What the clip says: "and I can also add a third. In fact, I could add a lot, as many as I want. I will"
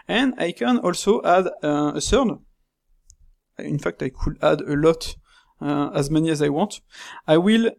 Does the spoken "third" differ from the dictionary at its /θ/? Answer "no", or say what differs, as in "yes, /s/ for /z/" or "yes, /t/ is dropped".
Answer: yes, /s/ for /θ/